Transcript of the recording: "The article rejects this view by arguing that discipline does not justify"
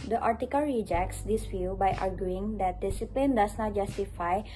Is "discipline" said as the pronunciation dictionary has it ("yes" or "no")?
yes